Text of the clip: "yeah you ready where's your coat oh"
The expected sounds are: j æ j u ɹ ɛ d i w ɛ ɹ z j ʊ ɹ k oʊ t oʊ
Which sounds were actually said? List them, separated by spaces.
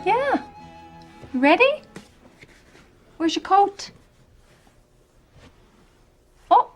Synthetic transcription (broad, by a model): j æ j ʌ ɹ ɛ d i w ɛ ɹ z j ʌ k oʊ t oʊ